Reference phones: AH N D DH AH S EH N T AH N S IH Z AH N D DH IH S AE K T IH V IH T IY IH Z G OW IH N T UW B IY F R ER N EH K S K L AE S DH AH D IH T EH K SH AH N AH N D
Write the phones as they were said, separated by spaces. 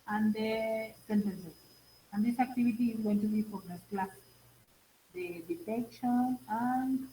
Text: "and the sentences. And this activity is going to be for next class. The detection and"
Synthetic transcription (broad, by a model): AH N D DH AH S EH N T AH N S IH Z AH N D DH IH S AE K T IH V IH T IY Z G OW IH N T UW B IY P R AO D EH S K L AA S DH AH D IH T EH K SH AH N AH N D